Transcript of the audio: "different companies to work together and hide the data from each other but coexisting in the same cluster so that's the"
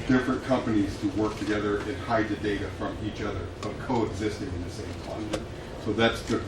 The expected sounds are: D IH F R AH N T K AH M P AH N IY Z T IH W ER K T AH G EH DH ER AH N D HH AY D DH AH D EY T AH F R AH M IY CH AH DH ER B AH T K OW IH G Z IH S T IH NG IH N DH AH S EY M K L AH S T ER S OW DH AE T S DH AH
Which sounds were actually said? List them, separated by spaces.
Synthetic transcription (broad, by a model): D IH F R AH N K AH M P AH N IY Z T IH W ER K T AH G EH DH ER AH N HH AY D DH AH D EY T AH F R AH M IY CH AH DH ER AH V K OW IH G Z IH S T IH NG IH N DH AH S EY M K AA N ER S OW DH AE T S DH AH